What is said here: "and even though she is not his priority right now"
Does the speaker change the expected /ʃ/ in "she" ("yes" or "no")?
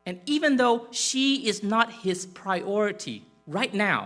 no